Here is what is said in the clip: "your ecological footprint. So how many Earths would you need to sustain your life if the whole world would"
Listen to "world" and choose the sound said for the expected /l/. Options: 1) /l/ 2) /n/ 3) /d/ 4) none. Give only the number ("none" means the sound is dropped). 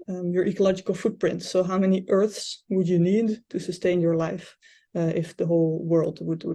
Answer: 1